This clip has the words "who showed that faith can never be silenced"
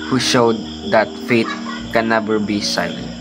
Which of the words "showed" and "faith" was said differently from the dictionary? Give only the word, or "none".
faith